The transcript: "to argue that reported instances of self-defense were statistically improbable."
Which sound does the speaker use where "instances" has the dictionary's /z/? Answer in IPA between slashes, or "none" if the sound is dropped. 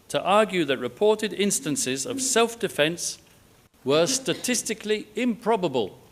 /z/